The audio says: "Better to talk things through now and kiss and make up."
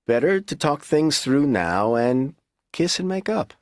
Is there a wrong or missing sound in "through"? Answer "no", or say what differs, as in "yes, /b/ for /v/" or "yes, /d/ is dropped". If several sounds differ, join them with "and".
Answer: no